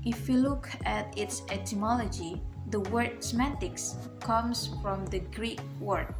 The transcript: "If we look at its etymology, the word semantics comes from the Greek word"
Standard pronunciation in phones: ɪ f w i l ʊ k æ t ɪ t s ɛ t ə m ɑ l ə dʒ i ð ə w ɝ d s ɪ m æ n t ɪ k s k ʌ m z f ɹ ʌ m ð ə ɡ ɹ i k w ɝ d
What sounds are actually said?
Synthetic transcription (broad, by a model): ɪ f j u l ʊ k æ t ɪ t s ɛ t ə m ɑ l ə dʒ i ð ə w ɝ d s m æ t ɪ k s k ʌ m s f ɹ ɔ m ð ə ɡ ɹ i k w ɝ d